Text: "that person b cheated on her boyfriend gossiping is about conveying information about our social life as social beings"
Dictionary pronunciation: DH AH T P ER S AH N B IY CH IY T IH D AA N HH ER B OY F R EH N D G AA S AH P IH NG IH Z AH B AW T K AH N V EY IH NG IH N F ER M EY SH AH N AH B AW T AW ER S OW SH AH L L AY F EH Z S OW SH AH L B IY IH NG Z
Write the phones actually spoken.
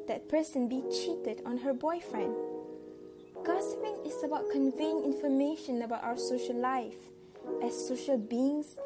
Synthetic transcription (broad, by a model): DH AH T P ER S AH N B IY CH IY T IH D AA N HH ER B OY F R EH N D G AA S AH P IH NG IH S AH B AW T K AH N V EY IH NG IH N F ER M EY SH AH N AH B AW T AW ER S OW SH AH L L AY F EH S OW SH AH L B IY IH NG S